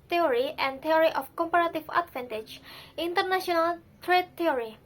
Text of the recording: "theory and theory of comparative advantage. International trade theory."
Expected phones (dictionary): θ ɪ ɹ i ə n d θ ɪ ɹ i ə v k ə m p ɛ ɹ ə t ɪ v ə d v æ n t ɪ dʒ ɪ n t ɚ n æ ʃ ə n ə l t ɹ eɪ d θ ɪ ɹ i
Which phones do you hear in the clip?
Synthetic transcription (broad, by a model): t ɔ ɹ i ə n d t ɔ ɹ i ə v k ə m p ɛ ɹ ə t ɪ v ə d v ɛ n t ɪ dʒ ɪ n t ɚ n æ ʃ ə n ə l t ɹ eɪ d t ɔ ɹ i